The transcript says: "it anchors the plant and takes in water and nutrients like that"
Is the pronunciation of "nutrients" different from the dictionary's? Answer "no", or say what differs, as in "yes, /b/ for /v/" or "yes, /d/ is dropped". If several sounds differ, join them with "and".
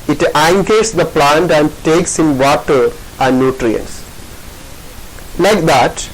no